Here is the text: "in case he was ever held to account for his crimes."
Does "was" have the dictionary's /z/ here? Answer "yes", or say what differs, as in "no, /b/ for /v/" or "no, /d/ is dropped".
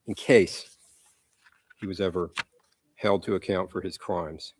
yes